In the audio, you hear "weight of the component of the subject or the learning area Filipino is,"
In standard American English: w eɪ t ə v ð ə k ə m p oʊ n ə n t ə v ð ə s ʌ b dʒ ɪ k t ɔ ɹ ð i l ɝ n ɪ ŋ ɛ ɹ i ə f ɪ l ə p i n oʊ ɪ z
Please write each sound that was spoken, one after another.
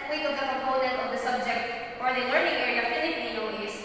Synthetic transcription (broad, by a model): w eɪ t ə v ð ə k ə m p oʊ n ə n t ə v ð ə s ʌ b dʒ ɪ k t ɔ ɹ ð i l ɝ n ɪ ŋ ɛ ɹ i ə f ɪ n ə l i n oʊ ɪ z